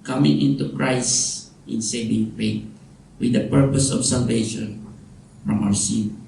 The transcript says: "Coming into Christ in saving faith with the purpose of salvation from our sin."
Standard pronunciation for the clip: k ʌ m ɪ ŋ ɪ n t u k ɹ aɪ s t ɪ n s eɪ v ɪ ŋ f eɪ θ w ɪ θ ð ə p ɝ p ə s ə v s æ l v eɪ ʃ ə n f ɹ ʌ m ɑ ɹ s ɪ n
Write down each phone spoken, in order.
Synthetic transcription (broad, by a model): k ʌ m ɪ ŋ ɪ n t u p ɹ aɪ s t ɪ n s eɪ v ɪ ŋ p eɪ t w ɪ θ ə p ɝ p ə s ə f s æ l v eɪ ʃ ə n f ɹ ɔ m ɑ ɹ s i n